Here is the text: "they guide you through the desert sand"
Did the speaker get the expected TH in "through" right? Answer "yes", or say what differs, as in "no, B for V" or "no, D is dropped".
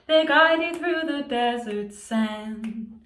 yes